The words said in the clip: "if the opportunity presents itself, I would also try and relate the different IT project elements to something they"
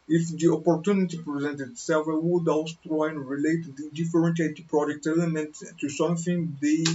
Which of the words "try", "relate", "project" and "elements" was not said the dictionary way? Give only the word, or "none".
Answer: elements